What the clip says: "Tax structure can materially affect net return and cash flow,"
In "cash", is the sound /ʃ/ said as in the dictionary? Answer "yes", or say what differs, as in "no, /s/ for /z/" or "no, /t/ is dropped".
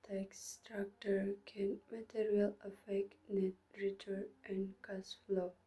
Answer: no, /s/ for /ʃ/